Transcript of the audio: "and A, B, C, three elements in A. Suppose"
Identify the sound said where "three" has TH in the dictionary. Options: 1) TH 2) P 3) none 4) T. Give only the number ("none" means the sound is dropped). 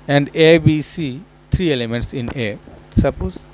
4